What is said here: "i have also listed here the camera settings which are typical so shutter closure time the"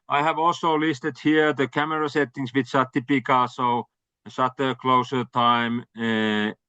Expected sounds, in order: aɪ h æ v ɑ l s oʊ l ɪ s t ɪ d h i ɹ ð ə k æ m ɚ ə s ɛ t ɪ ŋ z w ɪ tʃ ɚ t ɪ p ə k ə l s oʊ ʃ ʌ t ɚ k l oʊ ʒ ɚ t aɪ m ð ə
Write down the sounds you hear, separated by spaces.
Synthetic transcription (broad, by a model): aɪ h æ v ɑ l s oʊ l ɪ s t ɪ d h i ɹ ð ə k æ m ɚ ə s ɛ t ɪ ŋ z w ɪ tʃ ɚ t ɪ p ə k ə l s oʊ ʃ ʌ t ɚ k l oʊ s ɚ t aɪ m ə